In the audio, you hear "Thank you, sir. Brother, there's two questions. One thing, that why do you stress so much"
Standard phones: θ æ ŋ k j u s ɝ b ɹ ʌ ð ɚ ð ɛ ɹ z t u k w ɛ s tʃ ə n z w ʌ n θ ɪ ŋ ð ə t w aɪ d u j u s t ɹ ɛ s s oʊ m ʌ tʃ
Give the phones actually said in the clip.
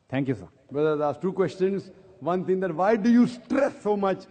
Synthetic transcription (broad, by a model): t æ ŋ k j u s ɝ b ʌ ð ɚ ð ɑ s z t u k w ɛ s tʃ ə n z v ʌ n t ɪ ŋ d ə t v aɪ d u j u s t ɹ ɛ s s oʊ m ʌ tʃ